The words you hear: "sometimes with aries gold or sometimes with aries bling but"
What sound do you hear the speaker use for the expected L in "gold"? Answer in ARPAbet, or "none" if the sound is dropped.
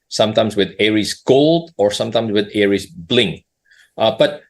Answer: L